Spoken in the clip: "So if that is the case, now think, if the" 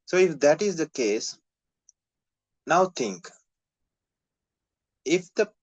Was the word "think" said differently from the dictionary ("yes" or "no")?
yes